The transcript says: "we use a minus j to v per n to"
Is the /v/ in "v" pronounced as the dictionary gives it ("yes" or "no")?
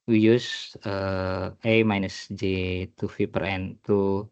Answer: no